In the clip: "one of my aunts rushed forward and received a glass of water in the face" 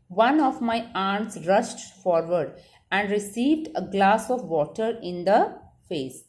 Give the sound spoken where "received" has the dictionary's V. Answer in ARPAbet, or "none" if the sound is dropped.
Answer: V